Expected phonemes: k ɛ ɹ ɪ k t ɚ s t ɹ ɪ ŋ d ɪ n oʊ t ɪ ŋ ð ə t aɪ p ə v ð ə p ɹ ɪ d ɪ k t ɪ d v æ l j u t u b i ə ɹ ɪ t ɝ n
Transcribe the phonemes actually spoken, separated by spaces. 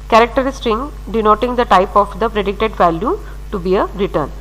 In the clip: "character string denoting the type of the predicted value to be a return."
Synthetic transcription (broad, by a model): k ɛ ɹ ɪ k t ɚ s t ɪ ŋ d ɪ n oʊ t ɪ ŋ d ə t aɪ p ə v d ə p ɹ ɪ d ɪ k t ɪ d v æ l j u t u b i ə ɹ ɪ t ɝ n